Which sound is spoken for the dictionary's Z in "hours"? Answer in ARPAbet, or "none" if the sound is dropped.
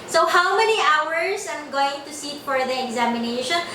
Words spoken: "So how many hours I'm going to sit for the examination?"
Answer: S